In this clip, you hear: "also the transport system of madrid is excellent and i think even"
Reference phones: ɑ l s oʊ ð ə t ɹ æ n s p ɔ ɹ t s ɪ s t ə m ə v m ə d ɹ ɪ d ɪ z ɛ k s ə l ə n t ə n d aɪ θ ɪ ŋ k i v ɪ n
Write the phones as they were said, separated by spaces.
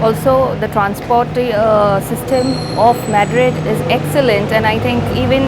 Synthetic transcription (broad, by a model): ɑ l s oʊ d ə t ɹ æ n s p ɔ ɹ t s ɪ s t ə m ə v m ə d ɹ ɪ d ɪ z ɛ k s ə l ə n t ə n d aɪ t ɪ ŋ k i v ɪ n